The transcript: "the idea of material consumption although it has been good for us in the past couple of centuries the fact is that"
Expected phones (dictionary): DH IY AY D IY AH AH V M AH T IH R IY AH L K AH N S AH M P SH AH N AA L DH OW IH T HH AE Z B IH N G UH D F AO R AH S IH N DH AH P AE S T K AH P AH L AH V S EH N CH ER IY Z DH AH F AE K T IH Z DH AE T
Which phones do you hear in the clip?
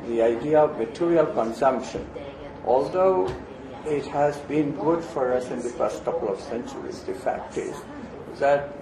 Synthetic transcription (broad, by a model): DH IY AY D IY AH AH V M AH T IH R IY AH L K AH N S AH M P SH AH N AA L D OW IH T HH AE Z B IH N G UH D F AO R AH S IH N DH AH F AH S T K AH P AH L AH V S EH N CH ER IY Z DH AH F AE K T IH Z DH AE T